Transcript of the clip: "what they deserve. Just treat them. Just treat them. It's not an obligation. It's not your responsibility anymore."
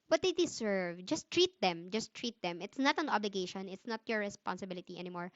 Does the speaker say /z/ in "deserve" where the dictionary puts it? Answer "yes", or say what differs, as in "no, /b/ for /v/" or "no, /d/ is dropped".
no, /s/ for /z/